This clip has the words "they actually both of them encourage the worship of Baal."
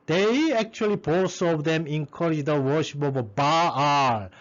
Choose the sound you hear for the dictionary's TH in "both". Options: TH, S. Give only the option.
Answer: S